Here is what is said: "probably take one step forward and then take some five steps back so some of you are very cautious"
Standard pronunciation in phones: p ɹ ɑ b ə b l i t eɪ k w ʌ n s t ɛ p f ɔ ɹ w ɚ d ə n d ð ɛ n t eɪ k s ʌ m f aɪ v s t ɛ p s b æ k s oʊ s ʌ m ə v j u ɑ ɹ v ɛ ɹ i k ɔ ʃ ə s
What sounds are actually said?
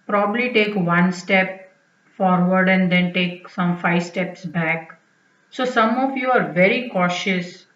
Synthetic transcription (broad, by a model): p ɹ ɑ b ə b l i t eɪ k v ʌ n s t ɛ p f ɔ ɹ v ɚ d ə n d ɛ n t eɪ k s ʌ m f aɪ v s t ɛ p s b æ k s oʊ s ʌ m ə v j u ɑ ɹ v ɛ ɹ i k ɔ ʃ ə s